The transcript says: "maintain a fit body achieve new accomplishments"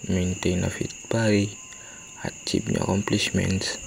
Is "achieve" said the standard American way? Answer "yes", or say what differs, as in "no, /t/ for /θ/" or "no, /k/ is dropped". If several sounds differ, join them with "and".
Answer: no, /b/ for /v/